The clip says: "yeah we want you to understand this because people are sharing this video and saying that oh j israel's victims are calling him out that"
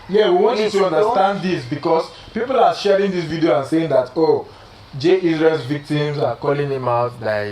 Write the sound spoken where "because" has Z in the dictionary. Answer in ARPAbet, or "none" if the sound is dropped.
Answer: S